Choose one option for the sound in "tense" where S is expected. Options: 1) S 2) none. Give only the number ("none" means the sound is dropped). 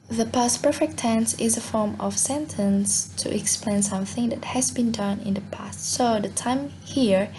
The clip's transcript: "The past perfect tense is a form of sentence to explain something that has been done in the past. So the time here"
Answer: 1